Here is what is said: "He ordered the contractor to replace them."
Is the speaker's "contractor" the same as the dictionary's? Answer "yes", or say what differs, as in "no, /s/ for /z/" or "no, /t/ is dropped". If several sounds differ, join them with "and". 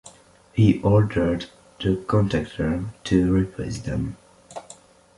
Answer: no, /ɹ/ is dropped